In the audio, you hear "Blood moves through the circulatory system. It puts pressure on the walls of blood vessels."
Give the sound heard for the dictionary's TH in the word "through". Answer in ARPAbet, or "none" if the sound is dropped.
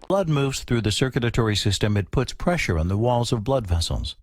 TH